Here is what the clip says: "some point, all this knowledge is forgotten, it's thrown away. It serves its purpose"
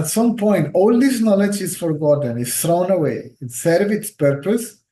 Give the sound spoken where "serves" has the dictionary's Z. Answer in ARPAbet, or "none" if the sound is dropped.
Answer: none